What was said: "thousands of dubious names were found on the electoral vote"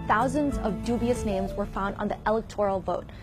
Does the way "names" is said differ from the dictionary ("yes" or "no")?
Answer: no